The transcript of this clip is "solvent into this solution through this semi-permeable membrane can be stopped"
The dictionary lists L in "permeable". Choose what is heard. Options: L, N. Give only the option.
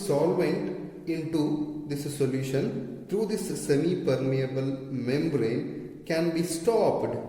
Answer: L